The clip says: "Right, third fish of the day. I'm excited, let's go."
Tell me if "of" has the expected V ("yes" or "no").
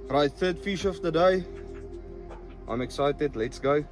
no